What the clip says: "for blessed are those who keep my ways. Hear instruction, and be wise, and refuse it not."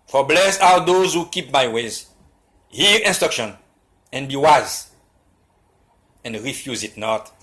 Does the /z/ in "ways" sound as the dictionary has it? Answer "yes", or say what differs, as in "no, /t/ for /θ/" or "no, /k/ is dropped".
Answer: yes